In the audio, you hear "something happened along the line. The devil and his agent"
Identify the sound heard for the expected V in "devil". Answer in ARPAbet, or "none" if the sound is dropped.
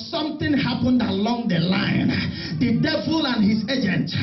V